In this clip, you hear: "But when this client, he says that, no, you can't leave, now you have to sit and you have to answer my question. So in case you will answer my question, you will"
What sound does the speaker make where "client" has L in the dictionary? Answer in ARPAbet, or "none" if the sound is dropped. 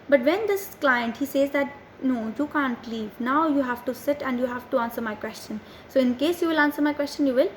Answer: L